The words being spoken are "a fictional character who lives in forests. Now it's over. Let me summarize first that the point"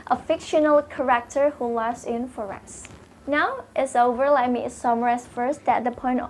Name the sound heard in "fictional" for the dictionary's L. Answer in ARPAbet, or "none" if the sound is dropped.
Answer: L